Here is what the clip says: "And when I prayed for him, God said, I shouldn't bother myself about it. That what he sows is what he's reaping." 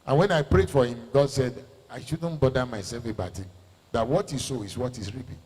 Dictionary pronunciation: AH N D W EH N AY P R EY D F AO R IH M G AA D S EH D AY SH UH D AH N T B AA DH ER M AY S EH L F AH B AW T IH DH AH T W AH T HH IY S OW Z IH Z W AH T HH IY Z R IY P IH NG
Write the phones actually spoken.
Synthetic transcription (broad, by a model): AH N W EH N AY P R EY D F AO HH IH M G AA D S EH D AY SH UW D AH N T B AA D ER M AY S EH L F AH B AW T IH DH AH T W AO T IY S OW IH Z W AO T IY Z R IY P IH